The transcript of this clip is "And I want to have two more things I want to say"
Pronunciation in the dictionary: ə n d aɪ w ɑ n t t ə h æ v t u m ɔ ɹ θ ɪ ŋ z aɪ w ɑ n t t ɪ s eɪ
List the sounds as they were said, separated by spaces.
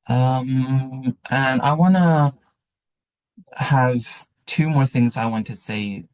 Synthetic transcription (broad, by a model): ə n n aɪ w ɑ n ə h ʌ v t u m ɔ ɹ θ ɪ ŋ z aɪ w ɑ n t t ɪ s eɪ